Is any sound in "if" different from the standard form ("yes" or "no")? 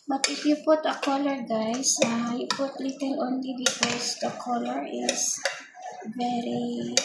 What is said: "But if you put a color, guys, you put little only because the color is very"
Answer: yes